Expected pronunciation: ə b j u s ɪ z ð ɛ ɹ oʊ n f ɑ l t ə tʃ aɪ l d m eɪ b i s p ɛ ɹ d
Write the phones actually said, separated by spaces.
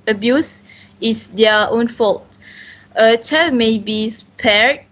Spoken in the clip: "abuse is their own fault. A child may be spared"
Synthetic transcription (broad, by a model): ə b j u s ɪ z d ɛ oʊ n f ɑ l t ə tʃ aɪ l m eɪ b i s p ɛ ɹ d